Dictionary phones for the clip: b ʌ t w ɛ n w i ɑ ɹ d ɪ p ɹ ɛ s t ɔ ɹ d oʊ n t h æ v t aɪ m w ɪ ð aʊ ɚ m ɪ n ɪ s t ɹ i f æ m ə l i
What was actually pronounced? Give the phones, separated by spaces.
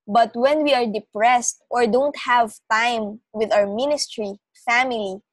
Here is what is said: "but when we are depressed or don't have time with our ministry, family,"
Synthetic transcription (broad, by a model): b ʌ t w ɛ n w i ɑ ɹ d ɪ p ɹ ɛ s t ɔ ɹ d oʊ n t h æ v t aɪ m w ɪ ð aʊ ɚ m ɪ n ɪ s t ɹ i f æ m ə l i